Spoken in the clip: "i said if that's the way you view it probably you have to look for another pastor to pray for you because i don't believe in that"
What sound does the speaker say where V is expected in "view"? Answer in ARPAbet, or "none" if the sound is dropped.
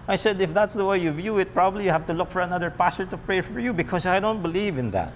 V